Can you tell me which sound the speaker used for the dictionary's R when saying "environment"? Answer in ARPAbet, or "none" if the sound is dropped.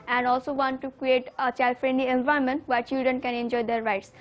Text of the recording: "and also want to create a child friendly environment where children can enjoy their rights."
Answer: none